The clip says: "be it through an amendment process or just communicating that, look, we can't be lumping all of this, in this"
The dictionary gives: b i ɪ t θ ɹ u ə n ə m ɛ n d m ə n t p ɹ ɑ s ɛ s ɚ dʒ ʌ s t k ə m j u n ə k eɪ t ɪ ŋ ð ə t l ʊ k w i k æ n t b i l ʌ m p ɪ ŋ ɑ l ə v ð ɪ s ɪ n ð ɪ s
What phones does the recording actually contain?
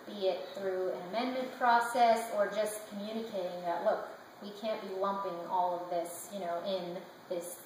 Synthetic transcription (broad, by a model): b i ɪ t θ ɹ u ə n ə m ɛ n m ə n p ɹ ɑ s ɛ s ɚ dʒ ʌ s k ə m j u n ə k eɪ t ɪ ŋ ð ə t l ʊ k w i k æ n b i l ʌ m p ɪ ŋ ɑ l ə v ð ɪ s ɪ n ð ɪ s